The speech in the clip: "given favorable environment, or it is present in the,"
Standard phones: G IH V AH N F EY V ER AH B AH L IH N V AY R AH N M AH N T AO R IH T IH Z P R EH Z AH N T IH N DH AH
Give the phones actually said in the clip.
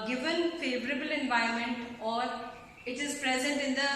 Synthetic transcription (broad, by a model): G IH V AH N F EY V ER AH B AH L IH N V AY AH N M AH N T AO R IH T IH Z P R EH Z AH N T IH N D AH